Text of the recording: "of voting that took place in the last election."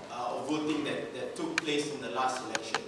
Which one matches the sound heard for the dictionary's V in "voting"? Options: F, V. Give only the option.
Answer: V